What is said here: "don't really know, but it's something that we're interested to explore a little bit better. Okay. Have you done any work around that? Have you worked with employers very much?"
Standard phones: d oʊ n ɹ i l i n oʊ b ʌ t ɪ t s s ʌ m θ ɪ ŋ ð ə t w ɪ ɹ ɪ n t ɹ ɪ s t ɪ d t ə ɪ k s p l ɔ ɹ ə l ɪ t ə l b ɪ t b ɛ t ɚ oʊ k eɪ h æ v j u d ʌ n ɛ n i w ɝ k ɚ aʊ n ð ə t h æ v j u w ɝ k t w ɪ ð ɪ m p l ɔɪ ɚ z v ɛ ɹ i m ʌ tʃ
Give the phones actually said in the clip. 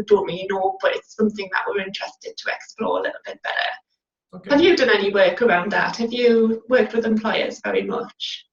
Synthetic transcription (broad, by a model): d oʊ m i i n oʊ b ʌ t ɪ t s s ʌ m θ ɪ ŋ ð ə t w ɪ ɹ ɪ n t ɹ ɪ s t ɪ d t ə ɪ k s p l ɔ ɹ ə l ɪ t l b ɪ t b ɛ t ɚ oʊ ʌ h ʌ v j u d ʌ n ɛ n i w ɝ k ɚ aʊ n ð ə t h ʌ v j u w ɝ k t w ɪ ð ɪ m p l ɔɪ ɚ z v ɛ ɹ i m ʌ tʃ